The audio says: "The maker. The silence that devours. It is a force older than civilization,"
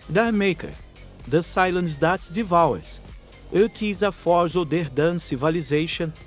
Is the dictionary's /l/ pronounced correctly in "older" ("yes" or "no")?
no